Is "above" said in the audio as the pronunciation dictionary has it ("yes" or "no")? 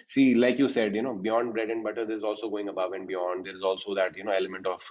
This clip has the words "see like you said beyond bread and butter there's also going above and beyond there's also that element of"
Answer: yes